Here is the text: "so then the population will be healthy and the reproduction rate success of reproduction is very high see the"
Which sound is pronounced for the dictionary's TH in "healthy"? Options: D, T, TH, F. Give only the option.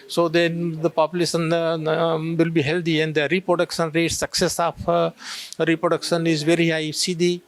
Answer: T